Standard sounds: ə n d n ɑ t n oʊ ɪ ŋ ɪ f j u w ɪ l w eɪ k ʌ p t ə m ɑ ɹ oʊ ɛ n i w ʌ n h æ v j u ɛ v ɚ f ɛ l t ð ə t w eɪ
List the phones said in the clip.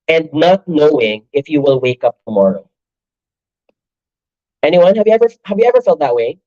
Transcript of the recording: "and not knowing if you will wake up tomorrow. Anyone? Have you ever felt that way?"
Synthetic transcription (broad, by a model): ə n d n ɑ t n oʊ ɪ ŋ ɪ f j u w ɪ l w eɪ k ʌ p t ə m ɑ ɹ oʊ ɛ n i w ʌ n h æ v j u ɛ v ɚ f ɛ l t ð ə t w eɪ